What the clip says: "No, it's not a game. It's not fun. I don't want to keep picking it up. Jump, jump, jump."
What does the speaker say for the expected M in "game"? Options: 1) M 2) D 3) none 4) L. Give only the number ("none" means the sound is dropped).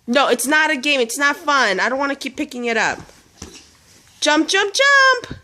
1